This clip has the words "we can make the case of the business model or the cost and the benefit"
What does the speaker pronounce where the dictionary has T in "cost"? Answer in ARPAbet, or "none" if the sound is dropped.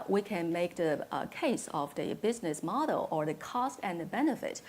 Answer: T